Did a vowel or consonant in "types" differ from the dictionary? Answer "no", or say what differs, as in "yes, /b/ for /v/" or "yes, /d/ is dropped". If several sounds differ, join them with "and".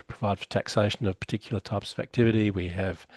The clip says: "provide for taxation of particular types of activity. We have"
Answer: no